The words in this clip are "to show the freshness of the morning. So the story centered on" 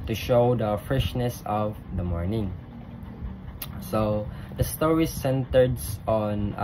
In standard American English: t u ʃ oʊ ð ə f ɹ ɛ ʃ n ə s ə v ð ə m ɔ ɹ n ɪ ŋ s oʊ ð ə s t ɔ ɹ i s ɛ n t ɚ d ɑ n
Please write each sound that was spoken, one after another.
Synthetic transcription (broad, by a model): t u ʃ oʊ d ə f ɹ ɛ ʃ n ə s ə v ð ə m ɔ ɹ n ɪ ŋ s oʊ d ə s t ɔ ɹ i s ɛ n t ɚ d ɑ n